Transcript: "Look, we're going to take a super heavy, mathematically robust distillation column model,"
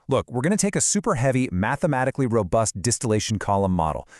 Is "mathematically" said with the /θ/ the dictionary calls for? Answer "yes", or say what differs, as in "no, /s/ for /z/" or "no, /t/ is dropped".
yes